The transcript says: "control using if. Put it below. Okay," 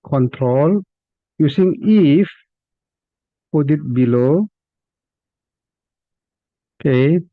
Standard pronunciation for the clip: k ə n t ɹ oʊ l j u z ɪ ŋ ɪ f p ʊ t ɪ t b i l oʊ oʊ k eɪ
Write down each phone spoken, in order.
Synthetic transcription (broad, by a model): k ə n t ɹ oʊ l j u s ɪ ŋ ɪ f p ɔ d ɪ t b i l oʊ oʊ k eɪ